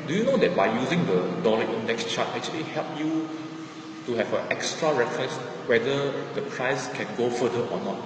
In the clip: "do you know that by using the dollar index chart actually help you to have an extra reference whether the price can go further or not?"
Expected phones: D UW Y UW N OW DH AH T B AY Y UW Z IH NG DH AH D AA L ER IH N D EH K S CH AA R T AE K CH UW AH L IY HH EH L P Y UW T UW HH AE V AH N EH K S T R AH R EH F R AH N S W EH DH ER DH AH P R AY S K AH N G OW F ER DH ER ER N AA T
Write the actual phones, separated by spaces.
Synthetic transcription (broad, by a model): D UW Y UW N OW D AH T B AY Y UW Z IH NG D AH D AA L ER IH N D EH K S CH AA T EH K CH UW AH L IY HH EH L P Y UW T UW HH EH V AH EH K S T R AH R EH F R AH S W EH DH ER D AH P R AY S K AH N G OW F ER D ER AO N AA T